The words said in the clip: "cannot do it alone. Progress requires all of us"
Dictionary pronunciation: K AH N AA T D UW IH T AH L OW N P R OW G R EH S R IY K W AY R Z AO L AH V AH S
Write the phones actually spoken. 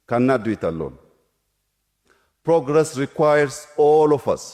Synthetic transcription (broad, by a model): K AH N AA D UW IH T AH L OW N P R OW G R EH S R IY K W AY R S AO L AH F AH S